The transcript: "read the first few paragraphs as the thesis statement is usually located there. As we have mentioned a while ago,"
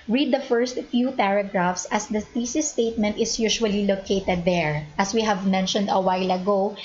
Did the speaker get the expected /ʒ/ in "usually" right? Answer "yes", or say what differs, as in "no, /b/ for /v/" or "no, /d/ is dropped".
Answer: no, /ʃ/ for /ʒ/